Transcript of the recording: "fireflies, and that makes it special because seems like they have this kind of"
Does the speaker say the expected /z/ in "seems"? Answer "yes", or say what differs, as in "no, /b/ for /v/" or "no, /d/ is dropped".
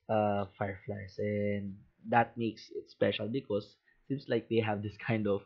no, /s/ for /z/